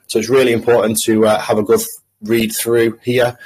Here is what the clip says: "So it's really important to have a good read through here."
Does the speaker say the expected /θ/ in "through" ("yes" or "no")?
yes